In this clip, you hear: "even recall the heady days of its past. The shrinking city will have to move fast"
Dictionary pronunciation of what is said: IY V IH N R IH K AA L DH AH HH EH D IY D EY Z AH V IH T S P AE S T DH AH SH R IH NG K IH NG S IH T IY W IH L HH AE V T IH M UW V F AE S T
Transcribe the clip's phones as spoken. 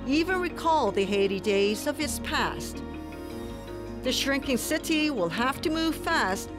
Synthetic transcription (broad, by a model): IY V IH N R IH K AA L DH AH HH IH D IY D EY Z AH V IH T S P AE S T DH AH SH R IH NG K IH NG S IH T IY W IH L HH AE F T IH M UW V F AE S T